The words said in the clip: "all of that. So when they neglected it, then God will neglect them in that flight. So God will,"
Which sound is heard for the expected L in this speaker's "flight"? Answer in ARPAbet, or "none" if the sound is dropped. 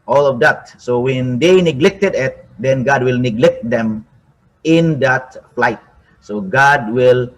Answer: L